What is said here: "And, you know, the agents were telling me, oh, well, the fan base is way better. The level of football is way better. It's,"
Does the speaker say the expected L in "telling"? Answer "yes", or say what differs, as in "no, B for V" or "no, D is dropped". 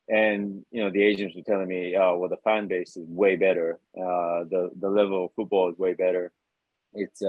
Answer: yes